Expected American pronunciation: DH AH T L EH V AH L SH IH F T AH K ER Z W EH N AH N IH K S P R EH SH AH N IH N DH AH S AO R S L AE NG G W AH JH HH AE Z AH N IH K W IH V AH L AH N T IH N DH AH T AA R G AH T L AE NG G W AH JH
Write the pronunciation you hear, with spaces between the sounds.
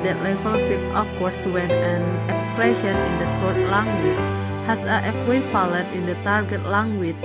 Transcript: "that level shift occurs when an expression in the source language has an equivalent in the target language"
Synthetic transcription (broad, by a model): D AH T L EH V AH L S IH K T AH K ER S W EH N AH N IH K S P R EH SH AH N IH N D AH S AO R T L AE NG G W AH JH HH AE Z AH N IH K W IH F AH L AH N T IH N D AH T AA R G AH T L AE NG G W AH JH